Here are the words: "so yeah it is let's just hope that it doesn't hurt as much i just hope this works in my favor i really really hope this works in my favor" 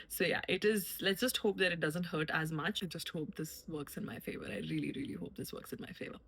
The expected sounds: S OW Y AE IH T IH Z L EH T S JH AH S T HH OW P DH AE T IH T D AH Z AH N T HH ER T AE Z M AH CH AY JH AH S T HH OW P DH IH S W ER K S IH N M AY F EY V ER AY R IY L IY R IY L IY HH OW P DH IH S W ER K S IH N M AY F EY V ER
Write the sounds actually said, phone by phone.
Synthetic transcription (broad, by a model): S OW Y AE IH T IH Z L EH T S JH AH S T HH OW P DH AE T IH T D AH Z AH N T HH ER T AE Z M AH CH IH JH AH S T HH OW P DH IH S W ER K S IH N M AY F EY V ER AY R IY L IY R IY L IY HH OW P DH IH S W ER K S IH N M AY F EY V ER